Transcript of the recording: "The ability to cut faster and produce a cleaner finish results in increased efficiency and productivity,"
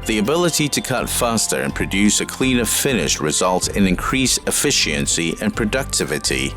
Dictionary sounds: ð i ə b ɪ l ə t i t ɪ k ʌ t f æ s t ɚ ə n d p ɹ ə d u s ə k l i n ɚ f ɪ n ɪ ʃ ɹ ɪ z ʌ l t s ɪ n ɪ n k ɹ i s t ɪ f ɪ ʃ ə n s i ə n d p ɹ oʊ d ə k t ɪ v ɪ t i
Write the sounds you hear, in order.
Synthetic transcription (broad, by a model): ð i ə b ɪ l ə t i t ɪ k ʌ t f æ s t ɚ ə n p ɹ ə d u s ə k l i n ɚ f ɪ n ɪ ʃ ɹ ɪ z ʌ l t ɪ n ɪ n k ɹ i s ɪ f ɪ ʃ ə n s i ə n p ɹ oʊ d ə k t ɪ v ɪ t i